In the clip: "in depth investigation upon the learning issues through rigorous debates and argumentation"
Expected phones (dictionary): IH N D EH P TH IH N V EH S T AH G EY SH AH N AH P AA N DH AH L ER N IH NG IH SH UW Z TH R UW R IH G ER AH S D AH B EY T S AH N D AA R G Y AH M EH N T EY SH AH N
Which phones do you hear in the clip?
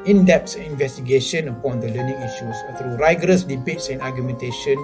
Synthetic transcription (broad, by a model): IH N D EH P S IH N V EH S T AH G EY SH AH N AH P AA N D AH L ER N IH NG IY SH UW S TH R UW R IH G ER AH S D AH B EY T S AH N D AA G Y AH M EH N T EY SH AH N